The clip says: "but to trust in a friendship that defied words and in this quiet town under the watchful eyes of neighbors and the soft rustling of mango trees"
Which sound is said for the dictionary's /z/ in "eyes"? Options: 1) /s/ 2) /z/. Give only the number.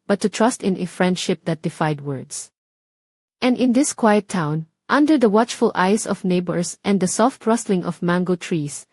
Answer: 1